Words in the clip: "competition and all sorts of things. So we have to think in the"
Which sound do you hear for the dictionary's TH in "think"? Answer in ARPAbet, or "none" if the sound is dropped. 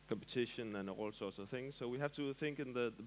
TH